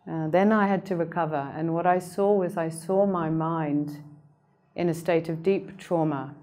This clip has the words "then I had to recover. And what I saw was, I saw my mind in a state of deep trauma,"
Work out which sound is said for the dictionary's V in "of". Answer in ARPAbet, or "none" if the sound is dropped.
V